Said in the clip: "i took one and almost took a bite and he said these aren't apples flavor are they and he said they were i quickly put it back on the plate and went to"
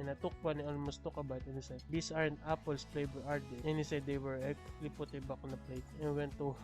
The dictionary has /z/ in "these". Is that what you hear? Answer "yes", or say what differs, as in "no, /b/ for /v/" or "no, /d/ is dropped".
no, /s/ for /z/